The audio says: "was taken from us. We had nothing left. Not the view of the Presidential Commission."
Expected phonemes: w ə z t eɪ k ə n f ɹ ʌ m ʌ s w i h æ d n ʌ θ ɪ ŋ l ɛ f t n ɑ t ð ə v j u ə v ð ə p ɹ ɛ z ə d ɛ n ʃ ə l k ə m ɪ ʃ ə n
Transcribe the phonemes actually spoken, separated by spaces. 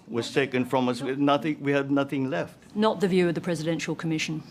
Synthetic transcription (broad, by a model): w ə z t eɪ k ə n f ɹ ʌ m ʌ s w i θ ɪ d n ʌ θ ɪ ŋ l ɛ f t n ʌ t ð ə v j u ə v ð ə p ɹ ɛ z ə d ɛ n ʃ ə l k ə m ɪ ʃ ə n